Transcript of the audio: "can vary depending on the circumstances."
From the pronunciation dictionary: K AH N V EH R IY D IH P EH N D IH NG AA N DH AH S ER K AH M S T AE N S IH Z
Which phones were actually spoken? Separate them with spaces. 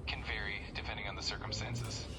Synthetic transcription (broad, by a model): K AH N V EH R IY D IH P EH N D IH NG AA N DH AH S ER K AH M S T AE N S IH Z